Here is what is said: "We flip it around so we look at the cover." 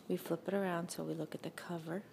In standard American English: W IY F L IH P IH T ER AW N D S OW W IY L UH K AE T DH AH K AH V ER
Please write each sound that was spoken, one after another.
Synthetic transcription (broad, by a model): W IY F L IH P IH T ER AW N D S OW W IY L UH K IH T DH AH K AH V ER